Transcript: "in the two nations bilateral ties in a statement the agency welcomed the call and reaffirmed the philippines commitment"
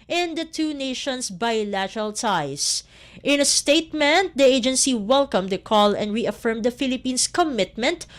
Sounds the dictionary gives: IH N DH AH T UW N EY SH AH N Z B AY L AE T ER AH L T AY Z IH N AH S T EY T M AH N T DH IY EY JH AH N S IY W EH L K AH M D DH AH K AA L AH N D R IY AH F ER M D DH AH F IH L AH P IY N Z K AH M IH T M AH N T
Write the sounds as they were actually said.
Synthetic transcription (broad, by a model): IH N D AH T UW N EY SH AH N S B AY L AE T ER AH L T AY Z IH N AH S T EY T M AH N T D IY EY JH AH N S IY W EH L K AH M D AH K AA L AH N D R IY AH F ER M D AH F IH L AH P IY N S K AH M IH T M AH N T